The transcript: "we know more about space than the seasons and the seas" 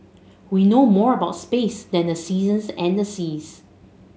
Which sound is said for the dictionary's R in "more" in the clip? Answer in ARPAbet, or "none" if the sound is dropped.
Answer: R